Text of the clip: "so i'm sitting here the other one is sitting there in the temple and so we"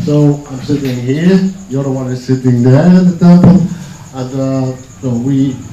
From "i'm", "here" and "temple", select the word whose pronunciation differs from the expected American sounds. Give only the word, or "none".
temple